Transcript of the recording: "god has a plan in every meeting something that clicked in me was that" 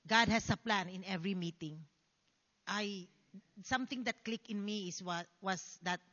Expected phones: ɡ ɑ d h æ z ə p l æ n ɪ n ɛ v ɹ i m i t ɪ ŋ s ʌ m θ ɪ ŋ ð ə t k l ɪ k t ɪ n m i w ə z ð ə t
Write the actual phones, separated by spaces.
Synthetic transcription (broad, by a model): ɡ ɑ d h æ s ə p l æ n ɪ n ɛ v ɹ i m i t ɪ ŋ s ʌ m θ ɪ ŋ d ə t k l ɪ k ɪ n m i w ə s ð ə t